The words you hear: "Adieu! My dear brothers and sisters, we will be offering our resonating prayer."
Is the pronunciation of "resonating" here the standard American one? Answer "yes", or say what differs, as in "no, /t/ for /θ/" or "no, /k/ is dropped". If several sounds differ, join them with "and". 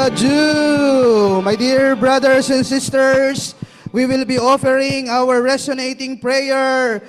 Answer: no, /s/ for /z/